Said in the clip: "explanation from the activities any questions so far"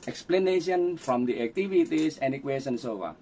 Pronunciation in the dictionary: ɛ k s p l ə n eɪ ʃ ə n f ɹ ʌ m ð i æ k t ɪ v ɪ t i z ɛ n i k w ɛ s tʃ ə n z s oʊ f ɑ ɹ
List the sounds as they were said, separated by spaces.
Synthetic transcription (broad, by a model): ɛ k s p l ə n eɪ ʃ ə n f ɹ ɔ m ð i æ k t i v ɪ t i s ɛ n i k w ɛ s ə n s oʊ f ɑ